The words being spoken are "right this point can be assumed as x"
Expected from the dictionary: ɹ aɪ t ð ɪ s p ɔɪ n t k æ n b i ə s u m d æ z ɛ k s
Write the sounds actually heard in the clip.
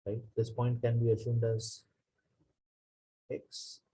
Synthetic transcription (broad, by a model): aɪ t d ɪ s p ɔɪ n t k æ n b i ə s u m d æ z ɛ k s